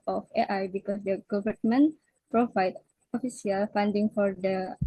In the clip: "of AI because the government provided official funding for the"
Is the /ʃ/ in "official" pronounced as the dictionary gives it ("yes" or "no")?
no